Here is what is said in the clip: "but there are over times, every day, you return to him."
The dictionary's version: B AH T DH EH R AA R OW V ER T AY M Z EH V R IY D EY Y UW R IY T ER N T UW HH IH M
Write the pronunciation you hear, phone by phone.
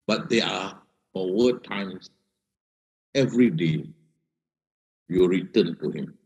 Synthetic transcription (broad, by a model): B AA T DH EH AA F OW ER T AY M S EH V R IY D EY Y UW R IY T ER N T UW HH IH M